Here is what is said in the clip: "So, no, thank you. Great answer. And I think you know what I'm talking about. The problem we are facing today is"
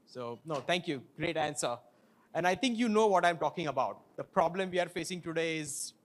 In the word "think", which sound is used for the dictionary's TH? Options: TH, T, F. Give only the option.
T